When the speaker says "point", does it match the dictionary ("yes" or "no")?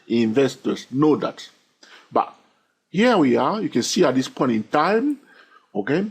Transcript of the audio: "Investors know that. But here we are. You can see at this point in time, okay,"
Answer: yes